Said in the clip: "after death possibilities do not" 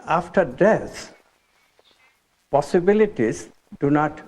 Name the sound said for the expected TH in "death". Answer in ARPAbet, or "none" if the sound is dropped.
S